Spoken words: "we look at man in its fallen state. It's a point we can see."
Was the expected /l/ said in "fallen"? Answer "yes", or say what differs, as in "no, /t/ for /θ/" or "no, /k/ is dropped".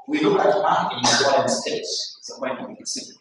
no, /l/ is dropped